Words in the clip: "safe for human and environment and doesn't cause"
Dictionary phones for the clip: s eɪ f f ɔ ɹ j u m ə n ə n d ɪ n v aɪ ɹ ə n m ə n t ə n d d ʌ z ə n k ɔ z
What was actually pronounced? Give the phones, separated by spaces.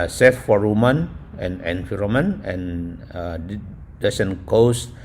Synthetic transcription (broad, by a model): s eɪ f f ɔ ɹ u m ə n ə n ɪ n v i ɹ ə m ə n ə n d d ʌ s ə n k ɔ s